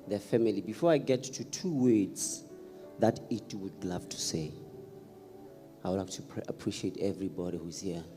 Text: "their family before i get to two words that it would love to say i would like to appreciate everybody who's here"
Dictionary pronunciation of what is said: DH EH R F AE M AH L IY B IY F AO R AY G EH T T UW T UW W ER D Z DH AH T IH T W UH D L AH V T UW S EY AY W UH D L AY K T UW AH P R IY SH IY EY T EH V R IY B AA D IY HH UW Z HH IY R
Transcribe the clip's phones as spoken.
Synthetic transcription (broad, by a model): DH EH F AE M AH L IY B IY F AO R AY G EH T T UW T UW W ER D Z DH AH T IH T W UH D L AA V T UW S EY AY W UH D L AY K T UW AH P R IY SH IY EY T EH V R IY B AA D IY HH UW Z HH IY